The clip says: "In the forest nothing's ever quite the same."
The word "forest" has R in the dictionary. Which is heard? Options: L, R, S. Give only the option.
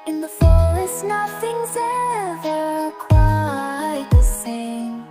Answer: L